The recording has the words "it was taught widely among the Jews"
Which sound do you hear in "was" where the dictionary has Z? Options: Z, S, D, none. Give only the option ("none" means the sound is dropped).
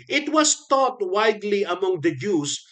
S